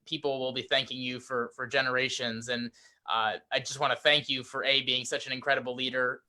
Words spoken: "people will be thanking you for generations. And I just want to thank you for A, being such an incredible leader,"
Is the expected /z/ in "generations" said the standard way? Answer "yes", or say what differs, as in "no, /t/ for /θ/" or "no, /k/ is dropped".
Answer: yes